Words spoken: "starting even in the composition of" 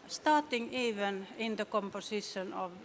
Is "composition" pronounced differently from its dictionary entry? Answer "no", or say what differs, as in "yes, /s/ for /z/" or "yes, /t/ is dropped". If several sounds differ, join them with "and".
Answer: yes, /s/ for /z/